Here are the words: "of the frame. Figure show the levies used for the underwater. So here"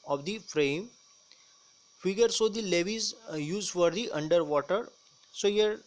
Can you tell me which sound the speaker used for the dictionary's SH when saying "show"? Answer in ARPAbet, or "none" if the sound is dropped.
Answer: S